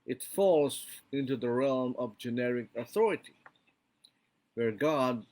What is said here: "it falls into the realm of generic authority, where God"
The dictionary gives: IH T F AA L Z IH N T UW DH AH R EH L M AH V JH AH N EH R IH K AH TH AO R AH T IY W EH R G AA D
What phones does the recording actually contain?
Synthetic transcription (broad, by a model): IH T F AA L Z IH N T UW DH AH R EH L M AH V JH AH N EH R IH K AH TH AO R AH T IY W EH R G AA D